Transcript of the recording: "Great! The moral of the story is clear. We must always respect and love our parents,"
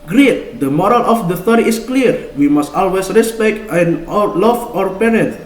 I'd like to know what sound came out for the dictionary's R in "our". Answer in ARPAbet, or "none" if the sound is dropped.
R